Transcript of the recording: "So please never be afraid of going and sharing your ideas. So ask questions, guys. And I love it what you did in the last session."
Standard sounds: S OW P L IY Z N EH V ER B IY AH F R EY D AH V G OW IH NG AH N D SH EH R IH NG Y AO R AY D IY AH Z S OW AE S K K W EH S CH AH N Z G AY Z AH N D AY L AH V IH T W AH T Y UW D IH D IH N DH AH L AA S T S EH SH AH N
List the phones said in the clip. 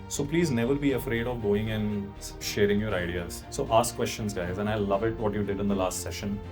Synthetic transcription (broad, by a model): S OW P L IY Z N EH V ER B IY AH F R EY D AH V G OW IH NG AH N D SH EH R IH NG Y AO R AY D IY AH Z S OW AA S K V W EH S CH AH N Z G AY Z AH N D AY L AH V IH T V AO T Y UW D IH D IH N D AH L AA S T S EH SH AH N